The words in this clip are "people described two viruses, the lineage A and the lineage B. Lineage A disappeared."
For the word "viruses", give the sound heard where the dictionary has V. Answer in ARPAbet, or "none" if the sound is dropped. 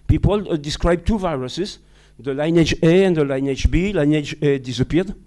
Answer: V